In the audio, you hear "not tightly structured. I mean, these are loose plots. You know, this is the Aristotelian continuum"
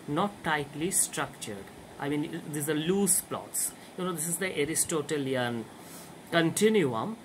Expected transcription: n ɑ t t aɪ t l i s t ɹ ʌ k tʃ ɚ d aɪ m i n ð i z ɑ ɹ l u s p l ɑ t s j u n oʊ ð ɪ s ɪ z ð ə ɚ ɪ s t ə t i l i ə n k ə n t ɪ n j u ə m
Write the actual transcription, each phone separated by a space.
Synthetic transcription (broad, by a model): n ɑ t t aɪ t l i s t ɹ ʌ k tʃ ɚ d aɪ m i n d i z ɑ ɹ l u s p l ɑ t s j u n oʊ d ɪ s ɪ z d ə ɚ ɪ s t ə t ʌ l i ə n k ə n t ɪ n j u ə m